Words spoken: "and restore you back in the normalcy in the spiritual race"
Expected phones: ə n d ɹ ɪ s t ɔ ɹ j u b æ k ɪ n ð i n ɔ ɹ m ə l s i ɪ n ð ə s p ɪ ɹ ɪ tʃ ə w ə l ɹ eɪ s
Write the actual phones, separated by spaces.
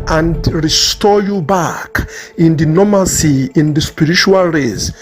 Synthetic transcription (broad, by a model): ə n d ɹ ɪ s t ɔ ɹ j u b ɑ k ɪ n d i n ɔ m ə s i ɪ n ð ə s p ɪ ɹ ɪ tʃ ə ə l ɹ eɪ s